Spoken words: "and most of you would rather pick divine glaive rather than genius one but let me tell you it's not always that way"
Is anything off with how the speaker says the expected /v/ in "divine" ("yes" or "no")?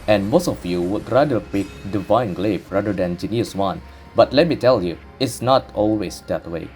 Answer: no